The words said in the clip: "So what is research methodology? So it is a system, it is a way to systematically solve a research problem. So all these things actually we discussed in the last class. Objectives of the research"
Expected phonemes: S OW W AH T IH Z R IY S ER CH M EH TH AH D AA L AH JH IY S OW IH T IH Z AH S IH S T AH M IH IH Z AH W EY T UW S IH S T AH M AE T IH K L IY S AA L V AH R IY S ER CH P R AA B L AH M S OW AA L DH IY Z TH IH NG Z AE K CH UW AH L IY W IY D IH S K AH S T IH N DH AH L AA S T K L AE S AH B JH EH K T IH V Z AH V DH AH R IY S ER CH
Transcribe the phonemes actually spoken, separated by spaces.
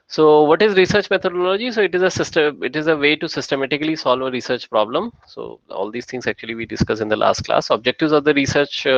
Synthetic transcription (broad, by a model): S OW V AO T IH Z R IY S ER CH M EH T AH D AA L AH JH IY S OW IH T IH Z AH S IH S T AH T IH IH Z AH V EY T UW S IH S T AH M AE T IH K L IY S AA L V AH R IY S ER CH P R AA B L AH M S OW AA L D IY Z T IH NG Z AE K CH UW AH L IY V IY D IH S K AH S IH N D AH L AA S T K L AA S AH B JH EH K T IH V Z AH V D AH R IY S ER CH